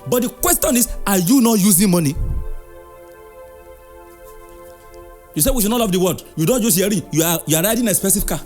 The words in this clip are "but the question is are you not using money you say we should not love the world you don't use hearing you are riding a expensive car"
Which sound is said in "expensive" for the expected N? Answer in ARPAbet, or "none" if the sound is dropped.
none